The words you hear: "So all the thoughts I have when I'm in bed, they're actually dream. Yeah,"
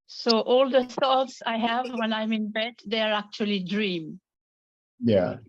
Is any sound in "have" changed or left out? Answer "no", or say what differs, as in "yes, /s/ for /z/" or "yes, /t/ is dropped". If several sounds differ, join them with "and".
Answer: no